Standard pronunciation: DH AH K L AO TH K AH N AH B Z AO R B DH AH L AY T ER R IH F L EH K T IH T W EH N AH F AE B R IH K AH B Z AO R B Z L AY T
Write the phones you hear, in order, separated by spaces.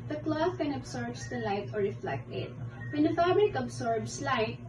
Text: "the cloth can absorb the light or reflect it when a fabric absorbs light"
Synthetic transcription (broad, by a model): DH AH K L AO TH K AH N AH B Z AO R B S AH L AY T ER R IH F L EH K T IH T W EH N AH F AE B R IH K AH B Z AO R B S L AY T